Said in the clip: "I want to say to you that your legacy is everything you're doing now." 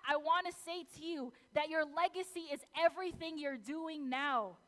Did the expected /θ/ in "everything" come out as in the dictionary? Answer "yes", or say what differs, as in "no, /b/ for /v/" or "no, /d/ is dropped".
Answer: yes